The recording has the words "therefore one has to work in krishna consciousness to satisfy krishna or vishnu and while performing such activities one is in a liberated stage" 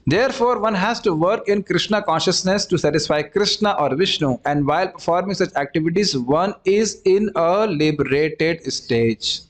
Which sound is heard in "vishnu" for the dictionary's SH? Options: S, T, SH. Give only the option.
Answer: SH